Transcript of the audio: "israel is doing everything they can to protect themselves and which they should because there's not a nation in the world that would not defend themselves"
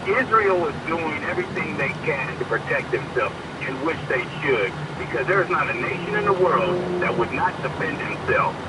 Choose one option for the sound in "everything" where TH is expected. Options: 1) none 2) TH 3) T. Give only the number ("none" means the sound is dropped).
2